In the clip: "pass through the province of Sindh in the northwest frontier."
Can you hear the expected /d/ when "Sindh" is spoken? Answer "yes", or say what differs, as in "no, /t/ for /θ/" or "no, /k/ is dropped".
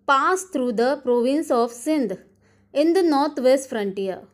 yes